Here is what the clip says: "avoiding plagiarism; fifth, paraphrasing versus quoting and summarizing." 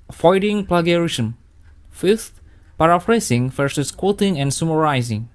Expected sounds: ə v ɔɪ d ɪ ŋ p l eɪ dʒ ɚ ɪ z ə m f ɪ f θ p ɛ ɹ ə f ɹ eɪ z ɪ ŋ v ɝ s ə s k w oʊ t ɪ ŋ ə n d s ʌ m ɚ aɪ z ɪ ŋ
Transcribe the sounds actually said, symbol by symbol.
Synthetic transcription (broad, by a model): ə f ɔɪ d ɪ ŋ p l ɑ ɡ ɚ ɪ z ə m f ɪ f t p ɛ ɹ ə f ɹ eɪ s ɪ ŋ f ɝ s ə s k w oʊ t ɪ ŋ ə n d s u m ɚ aɪ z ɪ ŋ